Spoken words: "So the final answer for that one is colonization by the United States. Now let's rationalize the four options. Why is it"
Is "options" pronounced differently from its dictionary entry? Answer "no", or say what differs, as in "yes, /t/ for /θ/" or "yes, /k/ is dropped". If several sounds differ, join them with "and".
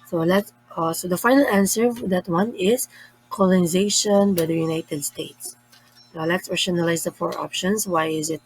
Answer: yes, /s/ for /z/